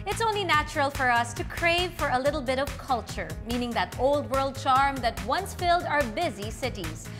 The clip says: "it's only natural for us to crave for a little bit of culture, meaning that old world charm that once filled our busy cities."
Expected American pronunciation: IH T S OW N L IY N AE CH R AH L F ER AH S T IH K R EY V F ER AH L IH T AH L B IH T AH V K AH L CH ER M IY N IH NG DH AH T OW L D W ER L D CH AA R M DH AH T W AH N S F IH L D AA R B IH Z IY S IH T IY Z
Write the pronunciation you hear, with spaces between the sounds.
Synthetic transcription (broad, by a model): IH T S OW N L IY N AE CH R AH L F ER AH S T IH K R EY V F ER AH L IH T L B IH T AH V K AH L CH ER M IY N IH NG DH AH T OW L D W ER L D CH AA R M DH AH T W AH N S F IH L D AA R B IH Z IY S IH T IY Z